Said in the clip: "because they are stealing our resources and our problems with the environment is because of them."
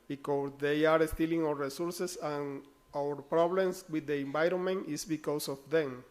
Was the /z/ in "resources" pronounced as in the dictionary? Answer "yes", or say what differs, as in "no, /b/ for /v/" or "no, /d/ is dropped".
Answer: no, /s/ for /z/